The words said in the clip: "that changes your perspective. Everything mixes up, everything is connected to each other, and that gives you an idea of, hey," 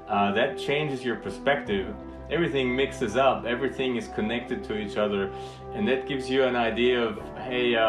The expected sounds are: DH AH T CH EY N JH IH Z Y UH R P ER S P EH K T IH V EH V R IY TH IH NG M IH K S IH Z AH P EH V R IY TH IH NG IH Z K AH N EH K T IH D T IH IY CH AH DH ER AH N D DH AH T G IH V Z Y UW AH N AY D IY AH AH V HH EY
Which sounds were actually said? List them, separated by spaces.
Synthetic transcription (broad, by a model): DH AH T CH EY N JH IH Z Y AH R P ER S P EH K T IH V EH V R IY TH IH NG M IH K S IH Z AH P EH V R IY TH IH NG IH Z K AH N EH K T IH D T IH IY CH AH DH ER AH N DH AH T G IH V Z Y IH AH N AY D IY AH AH V HH EY